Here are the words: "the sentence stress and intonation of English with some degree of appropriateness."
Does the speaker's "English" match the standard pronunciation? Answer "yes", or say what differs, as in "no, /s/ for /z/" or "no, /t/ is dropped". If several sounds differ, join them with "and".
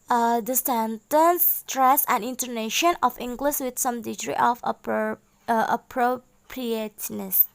no, /s/ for /ʃ/